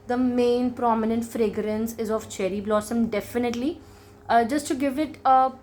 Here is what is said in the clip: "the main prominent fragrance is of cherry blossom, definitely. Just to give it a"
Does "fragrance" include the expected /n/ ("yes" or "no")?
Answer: yes